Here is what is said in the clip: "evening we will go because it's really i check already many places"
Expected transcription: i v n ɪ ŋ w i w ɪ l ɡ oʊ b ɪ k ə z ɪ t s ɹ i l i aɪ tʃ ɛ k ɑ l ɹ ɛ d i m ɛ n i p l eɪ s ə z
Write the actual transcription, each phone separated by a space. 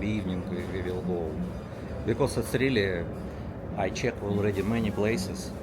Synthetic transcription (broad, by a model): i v n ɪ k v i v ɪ l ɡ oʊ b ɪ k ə s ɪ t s ɹ i l i aɪ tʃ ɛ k ɑ l ɹ ɛ d i m ɛ n i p l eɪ s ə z